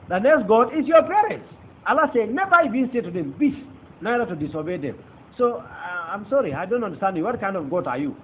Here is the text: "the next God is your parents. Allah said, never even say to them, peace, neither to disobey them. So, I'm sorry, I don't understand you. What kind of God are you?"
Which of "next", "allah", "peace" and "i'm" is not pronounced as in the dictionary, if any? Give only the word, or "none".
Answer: peace